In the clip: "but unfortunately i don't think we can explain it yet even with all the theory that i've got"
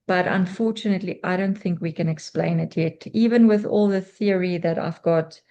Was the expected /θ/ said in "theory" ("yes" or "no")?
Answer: yes